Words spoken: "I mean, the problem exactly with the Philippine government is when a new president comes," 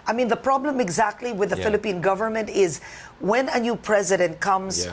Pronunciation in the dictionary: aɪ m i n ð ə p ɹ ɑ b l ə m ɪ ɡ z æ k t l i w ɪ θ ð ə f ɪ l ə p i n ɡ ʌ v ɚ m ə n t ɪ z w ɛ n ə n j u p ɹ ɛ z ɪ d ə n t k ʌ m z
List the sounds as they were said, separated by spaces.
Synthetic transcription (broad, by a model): aɪ m i n ð ə p ɹ ɑ b l ə m ɪ ɡ z æ k t l i w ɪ ð ə f ɪ l ə p i n ɡ ʌ v ɚ m ə n t ɪ z w ɛ n ə n j u p ɹ ɛ z ɪ d ə n t k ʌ m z